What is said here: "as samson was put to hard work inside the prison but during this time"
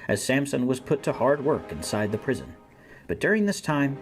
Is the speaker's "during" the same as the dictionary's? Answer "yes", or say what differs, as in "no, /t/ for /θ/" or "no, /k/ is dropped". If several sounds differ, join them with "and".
yes